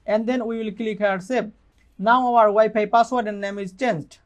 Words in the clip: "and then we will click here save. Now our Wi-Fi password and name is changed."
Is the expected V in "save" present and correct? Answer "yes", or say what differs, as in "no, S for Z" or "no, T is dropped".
no, B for V